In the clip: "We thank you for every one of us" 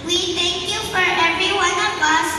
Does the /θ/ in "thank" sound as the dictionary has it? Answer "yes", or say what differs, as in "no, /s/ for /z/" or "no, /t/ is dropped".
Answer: no, /t/ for /θ/